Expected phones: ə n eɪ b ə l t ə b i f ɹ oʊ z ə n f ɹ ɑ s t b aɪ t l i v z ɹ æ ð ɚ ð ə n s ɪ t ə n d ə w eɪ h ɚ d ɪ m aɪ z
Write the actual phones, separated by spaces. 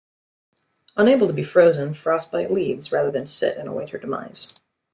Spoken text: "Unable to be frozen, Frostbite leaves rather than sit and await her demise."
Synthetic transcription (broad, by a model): ə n eɪ b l t ə b i f ɹ oʊ z ə n f ɹ ɑ s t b aɪ l i v z ɹ æ ð ɚ ð ə n s ɪ t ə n ə w eɪ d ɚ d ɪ m aɪ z